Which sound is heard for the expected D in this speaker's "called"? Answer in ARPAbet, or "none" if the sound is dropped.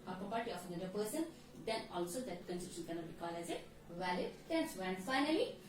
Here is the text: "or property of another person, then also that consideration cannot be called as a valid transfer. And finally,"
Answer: none